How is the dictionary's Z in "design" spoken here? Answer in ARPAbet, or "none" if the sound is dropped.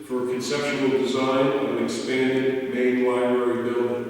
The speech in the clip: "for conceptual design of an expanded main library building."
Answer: Z